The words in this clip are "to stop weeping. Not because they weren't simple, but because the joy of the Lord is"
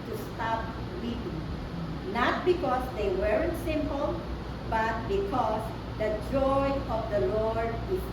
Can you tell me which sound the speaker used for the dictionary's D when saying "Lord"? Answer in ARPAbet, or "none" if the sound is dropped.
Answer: D